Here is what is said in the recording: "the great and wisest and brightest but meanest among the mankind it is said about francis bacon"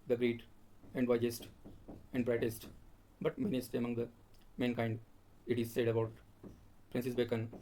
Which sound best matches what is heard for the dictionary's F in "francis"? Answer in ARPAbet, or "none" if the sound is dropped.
P